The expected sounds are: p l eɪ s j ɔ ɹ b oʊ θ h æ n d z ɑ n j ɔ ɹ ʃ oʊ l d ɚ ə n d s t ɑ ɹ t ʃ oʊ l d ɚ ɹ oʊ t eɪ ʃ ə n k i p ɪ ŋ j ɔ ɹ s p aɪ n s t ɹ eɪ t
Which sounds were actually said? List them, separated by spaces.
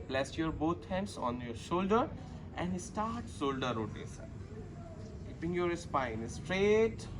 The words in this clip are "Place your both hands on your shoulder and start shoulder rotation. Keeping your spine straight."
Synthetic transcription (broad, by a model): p l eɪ s j ɔ ɹ b oʊ t h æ n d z ɑ n j ɔ ɹ ʃ oʊ l d ɚ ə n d s t ɑ ɹ t s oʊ l d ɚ ɹ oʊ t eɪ s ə k i p ɪ ŋ j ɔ ɹ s p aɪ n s t ɹ eɪ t